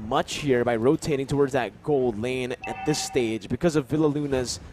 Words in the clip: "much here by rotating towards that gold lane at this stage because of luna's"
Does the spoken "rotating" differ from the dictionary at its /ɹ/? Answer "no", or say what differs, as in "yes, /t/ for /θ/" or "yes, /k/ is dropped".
no